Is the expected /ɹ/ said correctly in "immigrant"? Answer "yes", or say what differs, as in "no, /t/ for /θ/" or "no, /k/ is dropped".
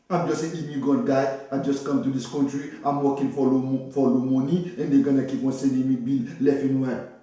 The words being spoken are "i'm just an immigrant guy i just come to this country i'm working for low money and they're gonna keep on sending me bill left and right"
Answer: no, /ɹ/ is dropped